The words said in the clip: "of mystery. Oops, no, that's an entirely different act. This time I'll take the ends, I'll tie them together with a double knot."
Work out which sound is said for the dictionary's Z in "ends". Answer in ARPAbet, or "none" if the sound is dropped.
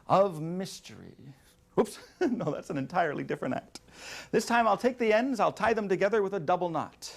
Z